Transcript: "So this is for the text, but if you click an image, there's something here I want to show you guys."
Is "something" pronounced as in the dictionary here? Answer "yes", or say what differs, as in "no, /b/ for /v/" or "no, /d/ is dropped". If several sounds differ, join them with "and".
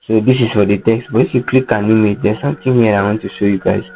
no, /t/ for /θ/